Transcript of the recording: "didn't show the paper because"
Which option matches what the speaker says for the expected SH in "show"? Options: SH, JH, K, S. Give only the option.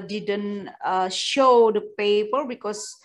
SH